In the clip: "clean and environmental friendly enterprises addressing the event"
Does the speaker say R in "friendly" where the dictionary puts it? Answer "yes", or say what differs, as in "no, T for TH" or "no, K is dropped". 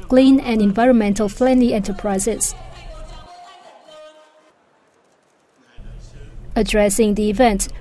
no, L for R